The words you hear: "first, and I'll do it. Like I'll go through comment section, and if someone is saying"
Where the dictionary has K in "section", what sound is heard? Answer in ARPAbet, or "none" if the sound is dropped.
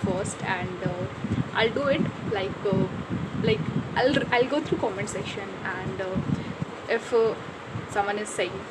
none